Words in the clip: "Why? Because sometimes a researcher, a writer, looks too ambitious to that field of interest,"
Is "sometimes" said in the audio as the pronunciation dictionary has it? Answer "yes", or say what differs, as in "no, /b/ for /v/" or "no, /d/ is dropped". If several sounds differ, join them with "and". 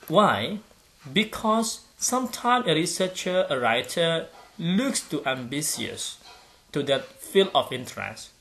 no, /z/ is dropped